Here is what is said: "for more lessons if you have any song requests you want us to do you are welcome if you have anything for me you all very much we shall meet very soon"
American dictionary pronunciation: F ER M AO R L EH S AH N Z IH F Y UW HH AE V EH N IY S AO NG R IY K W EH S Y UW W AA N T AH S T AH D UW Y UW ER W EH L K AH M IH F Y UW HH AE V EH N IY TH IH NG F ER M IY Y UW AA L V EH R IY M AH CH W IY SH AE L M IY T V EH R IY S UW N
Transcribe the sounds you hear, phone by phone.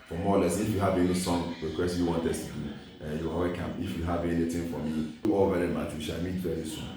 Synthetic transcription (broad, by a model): F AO M AO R L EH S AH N IH F Y UW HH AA V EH L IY S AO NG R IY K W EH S Y UW W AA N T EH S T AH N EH Y UW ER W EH K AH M IH F Y UW HH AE V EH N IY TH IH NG F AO M IY AA L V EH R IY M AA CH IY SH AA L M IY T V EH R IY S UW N